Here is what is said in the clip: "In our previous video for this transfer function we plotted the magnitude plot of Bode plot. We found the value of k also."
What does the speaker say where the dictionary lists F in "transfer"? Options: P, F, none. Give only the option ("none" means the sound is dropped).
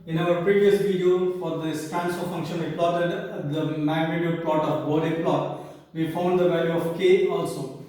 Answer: none